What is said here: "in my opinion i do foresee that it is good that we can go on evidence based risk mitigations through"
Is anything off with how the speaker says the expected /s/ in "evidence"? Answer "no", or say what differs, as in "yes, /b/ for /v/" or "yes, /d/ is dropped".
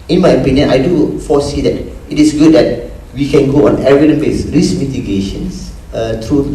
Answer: yes, /s/ is dropped